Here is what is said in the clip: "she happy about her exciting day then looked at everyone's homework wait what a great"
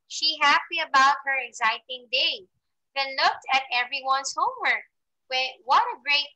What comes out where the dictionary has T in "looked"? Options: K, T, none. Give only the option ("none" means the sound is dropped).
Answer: T